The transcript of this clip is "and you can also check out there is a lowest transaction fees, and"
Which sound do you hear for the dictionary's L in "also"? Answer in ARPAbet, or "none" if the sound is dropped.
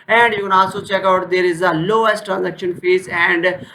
none